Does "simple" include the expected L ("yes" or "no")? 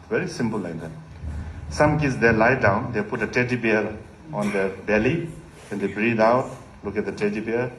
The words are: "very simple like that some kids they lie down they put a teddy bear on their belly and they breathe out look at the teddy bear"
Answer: yes